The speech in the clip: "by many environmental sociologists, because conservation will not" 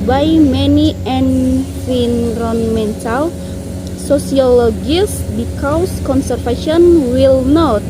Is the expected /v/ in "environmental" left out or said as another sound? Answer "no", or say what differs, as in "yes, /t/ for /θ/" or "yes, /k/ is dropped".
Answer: yes, /f/ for /v/